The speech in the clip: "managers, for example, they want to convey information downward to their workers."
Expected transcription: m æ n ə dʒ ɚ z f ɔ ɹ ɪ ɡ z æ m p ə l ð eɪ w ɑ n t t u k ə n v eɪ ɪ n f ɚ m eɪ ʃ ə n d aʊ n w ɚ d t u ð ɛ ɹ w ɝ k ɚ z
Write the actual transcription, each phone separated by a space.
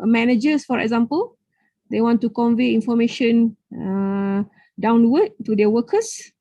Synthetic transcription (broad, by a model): m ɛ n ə dʒ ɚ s f ɔ ɹ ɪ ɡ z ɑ m p ə l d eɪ w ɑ n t t u k ə n v eɪ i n f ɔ m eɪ ʃ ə n d aʊ n w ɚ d t u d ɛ w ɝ k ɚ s